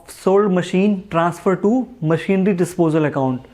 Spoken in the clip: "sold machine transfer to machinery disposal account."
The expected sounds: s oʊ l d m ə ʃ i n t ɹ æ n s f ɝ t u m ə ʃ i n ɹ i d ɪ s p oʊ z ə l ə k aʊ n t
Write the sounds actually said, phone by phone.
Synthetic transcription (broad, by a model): s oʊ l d m ə ʃ i n t ɹ æ n s f ɝ t u m ə ʃ i n ɹ i d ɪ s p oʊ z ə l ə k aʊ n t